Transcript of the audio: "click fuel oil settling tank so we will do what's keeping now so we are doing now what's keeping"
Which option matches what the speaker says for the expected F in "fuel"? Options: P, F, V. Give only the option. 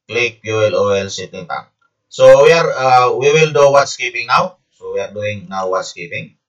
P